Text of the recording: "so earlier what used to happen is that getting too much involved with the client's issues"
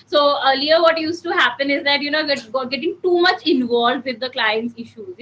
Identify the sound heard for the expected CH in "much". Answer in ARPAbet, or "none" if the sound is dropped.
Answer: CH